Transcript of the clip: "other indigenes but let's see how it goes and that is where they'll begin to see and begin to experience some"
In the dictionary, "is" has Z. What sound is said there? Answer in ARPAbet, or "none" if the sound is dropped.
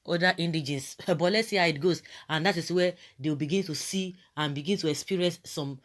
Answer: S